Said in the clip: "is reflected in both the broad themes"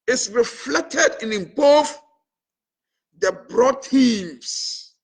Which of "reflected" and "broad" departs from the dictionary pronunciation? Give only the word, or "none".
none